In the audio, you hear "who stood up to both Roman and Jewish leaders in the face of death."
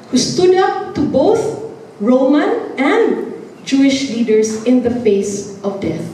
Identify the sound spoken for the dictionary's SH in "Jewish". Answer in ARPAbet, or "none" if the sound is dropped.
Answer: SH